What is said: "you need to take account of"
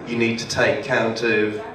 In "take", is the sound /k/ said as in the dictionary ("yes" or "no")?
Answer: no